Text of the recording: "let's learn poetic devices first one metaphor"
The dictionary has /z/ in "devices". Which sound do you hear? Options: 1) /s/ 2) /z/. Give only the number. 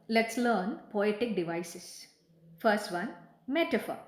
1